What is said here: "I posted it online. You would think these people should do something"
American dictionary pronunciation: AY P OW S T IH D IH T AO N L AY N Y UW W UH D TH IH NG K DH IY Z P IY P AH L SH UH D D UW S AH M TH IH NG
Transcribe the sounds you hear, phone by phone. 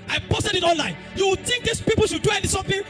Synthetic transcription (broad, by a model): AY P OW S T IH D IH T AO N L AY N Y UW W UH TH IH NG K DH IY S P IY P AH L SH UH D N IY S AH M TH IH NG